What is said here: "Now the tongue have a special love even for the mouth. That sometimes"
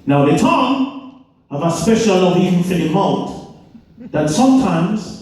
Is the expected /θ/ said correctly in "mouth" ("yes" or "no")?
no